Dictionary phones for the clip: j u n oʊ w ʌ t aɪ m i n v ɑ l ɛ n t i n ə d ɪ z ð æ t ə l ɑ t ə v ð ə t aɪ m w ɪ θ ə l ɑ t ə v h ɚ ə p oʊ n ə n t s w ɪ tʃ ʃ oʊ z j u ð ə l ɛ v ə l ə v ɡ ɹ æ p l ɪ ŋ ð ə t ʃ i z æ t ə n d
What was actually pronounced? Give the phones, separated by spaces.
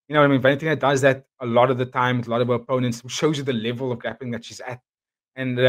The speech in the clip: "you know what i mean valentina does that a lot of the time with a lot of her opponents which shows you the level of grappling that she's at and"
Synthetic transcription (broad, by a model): j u n oʊ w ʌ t aɪ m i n f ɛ n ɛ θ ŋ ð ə d ɪ z ð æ t ə l ɑ t ə v ð ə t aɪ m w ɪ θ ə l ɑ t ə v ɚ ə p oʊ n ə n t s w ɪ ʃ oʊ z j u ð ə l ɛ v ə l ə v ɡ ɹ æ p ɪ ŋ ð ə t ʃ i z æ t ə n